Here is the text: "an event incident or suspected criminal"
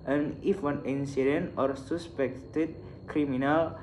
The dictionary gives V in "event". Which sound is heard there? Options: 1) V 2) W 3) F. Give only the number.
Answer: 2